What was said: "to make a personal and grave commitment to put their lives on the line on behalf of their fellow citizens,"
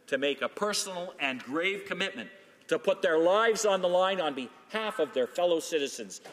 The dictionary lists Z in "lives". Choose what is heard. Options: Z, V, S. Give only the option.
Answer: Z